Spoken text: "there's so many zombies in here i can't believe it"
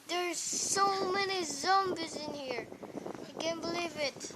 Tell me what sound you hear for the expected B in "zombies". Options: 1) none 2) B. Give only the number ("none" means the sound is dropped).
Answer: 2